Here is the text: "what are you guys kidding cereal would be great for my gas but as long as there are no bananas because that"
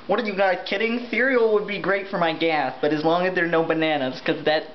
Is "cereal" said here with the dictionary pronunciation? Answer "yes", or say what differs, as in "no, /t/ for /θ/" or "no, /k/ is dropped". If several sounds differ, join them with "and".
no, /θ/ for /s/